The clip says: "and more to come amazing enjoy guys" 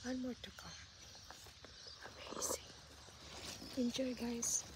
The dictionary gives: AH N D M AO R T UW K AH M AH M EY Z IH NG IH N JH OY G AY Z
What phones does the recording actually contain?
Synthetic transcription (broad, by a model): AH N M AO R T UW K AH AH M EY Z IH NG IH N JH OY G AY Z